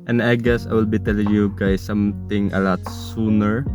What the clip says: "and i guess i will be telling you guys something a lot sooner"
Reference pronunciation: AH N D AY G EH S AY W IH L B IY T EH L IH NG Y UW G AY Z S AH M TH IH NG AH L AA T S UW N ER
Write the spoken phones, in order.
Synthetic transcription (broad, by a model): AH N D AY G EH S AY W IH L B IY T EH L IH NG Y UW G AY S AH M T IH NG AH L AA T S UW N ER